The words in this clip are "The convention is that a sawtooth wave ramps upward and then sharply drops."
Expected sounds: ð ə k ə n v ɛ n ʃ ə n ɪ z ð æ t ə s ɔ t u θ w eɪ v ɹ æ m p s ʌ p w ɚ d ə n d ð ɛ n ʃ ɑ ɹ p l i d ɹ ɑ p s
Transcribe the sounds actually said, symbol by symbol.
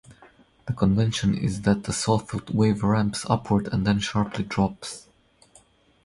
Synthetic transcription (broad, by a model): ð ə k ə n v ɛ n ʃ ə n ɪ z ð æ t ə s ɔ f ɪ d w eɪ v ɹ æ m p s ʌ p w ɚ d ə n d ð ɛ n ʃ ɑ ɹ p l i d ɹ ɑ p s